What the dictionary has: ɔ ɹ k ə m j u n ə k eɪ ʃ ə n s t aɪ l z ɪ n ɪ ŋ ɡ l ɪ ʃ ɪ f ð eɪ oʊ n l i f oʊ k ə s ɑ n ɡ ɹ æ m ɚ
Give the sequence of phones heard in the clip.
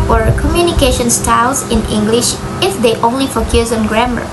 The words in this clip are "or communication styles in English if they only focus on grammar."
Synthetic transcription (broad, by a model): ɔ ɹ k ə m j u n ə k eɪ ʃ ə n s t aɪ l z ɪ n ɪ ŋ ɡ l ɪ ʃ ɪ f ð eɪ oʊ n l i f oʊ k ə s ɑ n ɡ ɹ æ m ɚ